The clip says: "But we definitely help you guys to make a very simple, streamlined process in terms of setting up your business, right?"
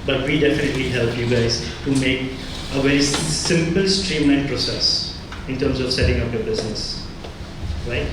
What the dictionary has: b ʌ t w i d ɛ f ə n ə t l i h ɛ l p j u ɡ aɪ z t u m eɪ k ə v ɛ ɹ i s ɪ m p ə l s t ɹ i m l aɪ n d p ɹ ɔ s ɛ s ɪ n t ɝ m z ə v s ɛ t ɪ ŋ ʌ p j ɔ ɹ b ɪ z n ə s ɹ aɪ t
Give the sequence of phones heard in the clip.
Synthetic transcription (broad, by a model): b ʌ t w i d ɛ f ə n ə t l i h ɛ l p j u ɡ aɪ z t u m eɪ k ə v ɛ ɹ i s ɪ m p ə l s t ɹ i m aɪ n p ɹ ɔ s ɛ s ɪ n t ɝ m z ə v s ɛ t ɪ ŋ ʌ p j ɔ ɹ b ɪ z n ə s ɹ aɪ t